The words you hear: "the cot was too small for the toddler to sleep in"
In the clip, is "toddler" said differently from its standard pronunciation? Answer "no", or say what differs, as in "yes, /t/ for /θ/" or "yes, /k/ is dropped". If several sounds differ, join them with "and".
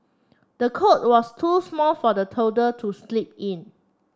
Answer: yes, /l/ is dropped